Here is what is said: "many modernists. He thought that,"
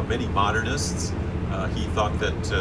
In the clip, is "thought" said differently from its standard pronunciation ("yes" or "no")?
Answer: no